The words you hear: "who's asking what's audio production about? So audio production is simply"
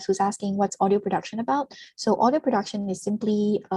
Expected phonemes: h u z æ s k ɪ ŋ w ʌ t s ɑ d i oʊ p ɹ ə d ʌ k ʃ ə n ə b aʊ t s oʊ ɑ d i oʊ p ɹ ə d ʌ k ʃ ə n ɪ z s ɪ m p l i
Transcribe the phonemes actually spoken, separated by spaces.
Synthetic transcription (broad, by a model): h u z æ s k ɪ ŋ w ʌ t s ɑ d i oʊ p ɹ ə d ʌ k ʃ ə n ə b aʊ t s oʊ ɑ d i oʊ p ɹ ə d ʌ k ʃ ə n ɪ z s ɪ m p l i